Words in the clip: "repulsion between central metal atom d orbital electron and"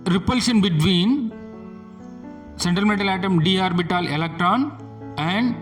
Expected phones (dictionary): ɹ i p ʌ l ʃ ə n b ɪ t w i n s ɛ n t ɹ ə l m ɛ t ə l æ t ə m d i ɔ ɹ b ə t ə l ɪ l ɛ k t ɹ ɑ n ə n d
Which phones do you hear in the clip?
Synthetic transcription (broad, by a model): ɹ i p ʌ l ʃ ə n b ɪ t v i n s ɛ n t ə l m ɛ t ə l æ t ə m d i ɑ ɹ b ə t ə l ɪ l ɛ k t ɹ ɑ n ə n d